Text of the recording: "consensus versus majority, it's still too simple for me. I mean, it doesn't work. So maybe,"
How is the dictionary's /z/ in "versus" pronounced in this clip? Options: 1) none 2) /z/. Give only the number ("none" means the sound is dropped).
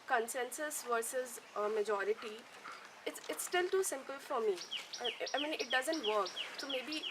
2